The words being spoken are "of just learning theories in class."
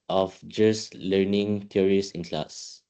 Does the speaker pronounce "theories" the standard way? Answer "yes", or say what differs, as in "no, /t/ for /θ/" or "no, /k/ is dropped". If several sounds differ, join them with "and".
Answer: no, /t/ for /θ/ and /s/ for /z/